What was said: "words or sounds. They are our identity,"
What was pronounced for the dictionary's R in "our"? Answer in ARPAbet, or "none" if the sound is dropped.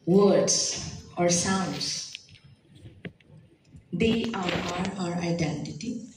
R